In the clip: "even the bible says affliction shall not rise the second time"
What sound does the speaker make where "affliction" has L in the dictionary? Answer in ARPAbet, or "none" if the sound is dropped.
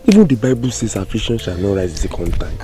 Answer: none